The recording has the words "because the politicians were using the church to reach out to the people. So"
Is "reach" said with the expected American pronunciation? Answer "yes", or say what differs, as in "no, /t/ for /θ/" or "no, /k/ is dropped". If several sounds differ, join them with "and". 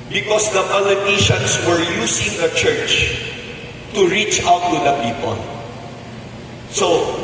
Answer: yes